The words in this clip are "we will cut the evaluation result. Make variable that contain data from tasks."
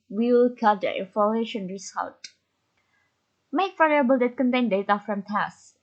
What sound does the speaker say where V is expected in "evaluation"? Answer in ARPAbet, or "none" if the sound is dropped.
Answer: F